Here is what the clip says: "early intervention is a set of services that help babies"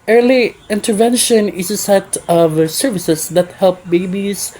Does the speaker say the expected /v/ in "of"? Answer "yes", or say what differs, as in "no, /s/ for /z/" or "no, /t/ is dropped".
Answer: yes